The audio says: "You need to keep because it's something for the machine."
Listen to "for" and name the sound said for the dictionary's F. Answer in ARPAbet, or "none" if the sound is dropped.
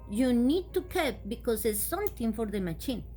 F